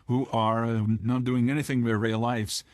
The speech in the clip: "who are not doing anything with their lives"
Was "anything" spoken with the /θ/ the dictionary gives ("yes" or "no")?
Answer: yes